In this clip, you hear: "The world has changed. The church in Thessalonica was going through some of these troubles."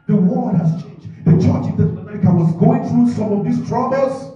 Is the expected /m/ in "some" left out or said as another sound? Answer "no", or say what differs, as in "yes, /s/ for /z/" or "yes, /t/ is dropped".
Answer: no